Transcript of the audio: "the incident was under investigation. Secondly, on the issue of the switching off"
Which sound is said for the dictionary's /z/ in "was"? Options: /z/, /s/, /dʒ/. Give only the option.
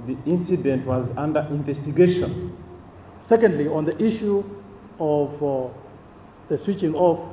/z/